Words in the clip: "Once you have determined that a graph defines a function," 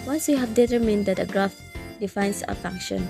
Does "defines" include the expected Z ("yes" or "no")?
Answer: no